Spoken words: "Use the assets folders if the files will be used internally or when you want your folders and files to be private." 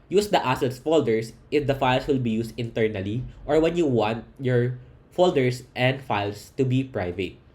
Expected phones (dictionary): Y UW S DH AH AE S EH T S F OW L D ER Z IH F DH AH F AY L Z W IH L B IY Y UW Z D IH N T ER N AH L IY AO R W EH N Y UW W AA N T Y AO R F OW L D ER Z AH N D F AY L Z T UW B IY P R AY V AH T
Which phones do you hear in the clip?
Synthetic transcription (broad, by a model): Y UW S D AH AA S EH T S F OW L D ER S IH F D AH F AY L S W IH L B IY Y UW S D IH N T ER N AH L IY AO R W EH N Y UW W AA N T Y AO R F OW L D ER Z AH N D F AY L S T UW B IY P R AY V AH T